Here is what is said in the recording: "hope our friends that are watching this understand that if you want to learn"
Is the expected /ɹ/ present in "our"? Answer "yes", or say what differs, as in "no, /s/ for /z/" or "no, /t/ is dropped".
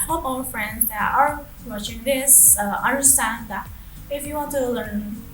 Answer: no, /l/ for /ɹ/